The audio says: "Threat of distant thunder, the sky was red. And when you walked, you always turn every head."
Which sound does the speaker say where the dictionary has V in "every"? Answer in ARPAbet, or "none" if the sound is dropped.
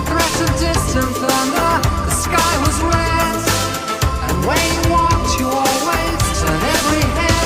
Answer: V